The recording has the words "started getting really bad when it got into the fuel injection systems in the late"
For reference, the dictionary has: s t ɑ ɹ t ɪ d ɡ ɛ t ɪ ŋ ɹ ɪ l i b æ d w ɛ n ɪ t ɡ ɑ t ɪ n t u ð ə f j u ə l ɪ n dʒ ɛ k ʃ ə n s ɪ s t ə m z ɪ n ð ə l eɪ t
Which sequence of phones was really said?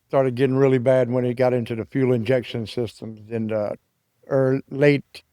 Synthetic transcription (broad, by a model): s t ɑ ɹ t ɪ d ɡ ɛ t ɪ ŋ ɹ ɪ l i b æ d w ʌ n ɪ t ɡ ɑ t ɪ n t u ð ə f j u l ɪ n dʒ ɛ k ʃ ə n s ɪ s t ə m z ɪ n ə l eɪ t